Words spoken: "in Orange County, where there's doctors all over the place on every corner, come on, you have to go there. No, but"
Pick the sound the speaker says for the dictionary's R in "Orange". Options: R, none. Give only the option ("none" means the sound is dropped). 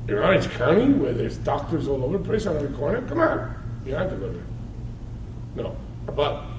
none